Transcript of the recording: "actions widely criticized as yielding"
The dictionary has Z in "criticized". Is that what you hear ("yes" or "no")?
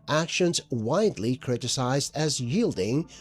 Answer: yes